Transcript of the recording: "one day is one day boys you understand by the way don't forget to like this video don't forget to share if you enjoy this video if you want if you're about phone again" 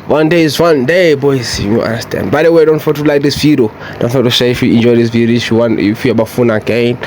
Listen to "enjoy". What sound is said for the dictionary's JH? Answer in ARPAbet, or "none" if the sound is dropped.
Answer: JH